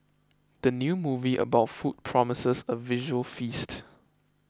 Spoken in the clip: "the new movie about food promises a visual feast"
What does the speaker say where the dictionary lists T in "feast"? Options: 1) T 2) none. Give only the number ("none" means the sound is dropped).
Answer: 1